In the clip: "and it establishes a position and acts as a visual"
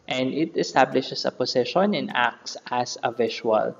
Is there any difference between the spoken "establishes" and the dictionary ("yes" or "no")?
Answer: yes